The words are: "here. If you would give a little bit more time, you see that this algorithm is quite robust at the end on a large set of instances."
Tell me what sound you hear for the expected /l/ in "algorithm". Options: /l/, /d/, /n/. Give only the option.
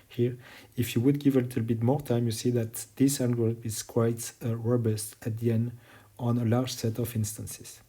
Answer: /n/